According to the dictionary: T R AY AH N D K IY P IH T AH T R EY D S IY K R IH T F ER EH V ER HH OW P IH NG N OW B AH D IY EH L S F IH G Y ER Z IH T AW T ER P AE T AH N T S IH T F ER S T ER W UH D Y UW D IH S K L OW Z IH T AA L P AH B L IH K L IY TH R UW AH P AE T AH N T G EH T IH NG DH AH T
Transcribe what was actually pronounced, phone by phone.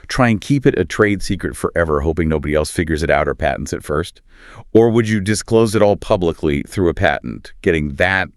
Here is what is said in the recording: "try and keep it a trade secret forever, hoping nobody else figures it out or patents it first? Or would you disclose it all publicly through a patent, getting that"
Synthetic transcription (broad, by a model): T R AY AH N K IY P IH T AH T R EY D S IY K R IH T F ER EH V ER HH OW P IH NG N OW B AH D IY EH L S F IH G Y ER Z IH T AW T ER P AE T N T S IH T F ER S T ER W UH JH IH D IH S K L OW Z IH T AA L P AH B L IH K L IY TH R UW AH P AE T N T G EH T IH NG DH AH T